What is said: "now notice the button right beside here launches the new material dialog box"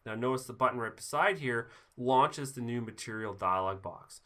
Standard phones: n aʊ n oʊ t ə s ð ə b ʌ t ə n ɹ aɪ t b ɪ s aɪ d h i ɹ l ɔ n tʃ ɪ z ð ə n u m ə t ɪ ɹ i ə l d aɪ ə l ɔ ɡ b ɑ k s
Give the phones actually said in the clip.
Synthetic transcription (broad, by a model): n aʊ n oʊ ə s ð ə b ʌ t n ɹ aɪ t b ɪ s aɪ d h i ɹ l ɔ n tʃ ɪ z ð ə n u m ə t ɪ ɹ i l d aɪ ə l ɔ ɡ b ɑ k s